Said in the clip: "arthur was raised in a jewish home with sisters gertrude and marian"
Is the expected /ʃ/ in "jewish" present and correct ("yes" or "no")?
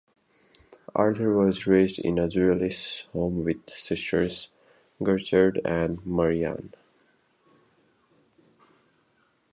no